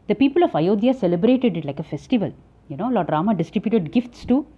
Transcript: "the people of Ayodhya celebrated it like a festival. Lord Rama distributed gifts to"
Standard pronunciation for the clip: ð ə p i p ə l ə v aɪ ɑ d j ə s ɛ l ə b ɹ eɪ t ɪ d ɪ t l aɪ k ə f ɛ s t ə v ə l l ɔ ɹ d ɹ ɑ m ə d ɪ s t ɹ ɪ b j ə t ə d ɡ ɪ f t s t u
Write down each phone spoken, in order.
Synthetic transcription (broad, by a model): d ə p i p ə l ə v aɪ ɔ d j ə s ɛ l ə b ɹ eɪ t ɪ d ɪ t l aɪ k ə f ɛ s t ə v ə l n ɔ l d ɹ ɑ m ə d ɪ s t ɹ ɪ b j ə t ə d ɡ ɪ f t s t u